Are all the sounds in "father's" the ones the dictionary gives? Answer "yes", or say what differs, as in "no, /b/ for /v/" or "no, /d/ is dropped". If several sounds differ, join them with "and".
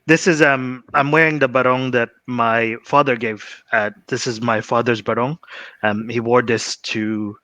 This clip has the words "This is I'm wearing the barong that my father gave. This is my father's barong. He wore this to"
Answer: yes